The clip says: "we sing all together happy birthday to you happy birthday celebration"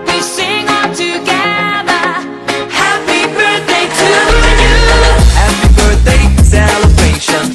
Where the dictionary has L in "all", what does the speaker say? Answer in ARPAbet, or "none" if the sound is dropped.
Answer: N